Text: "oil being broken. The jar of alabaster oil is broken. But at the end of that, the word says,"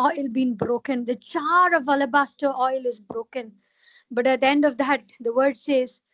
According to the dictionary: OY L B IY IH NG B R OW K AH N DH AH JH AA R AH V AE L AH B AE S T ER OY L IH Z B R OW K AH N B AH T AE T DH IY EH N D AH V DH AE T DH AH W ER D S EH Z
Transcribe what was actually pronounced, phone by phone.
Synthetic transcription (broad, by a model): OY L B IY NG B R OW K AH N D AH CH AA R AH V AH L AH B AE S T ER OY L IH Z B R OW K AH N B AH T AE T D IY EH N D AH V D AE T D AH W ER D S EH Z